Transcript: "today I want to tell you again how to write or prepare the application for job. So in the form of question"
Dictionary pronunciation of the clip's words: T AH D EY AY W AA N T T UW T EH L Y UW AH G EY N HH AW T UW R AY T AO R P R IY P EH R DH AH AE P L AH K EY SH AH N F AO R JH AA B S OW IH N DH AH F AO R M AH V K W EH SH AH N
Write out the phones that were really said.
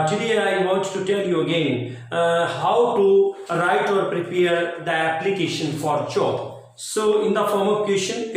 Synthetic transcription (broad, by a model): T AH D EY AY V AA N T T UW T EH L Y UW AH G EY N HH AW T UW R AY T AO R P R IY P EH R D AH AE P L AH K EY SH AH N F AO R CH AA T S OW IH N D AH F AO R M AH V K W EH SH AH N